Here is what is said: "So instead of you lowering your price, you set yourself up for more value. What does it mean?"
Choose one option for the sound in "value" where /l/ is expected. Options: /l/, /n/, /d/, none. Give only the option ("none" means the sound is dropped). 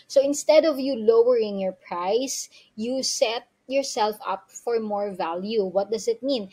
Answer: /l/